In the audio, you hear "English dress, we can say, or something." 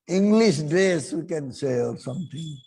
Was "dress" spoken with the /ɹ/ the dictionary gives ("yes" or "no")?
no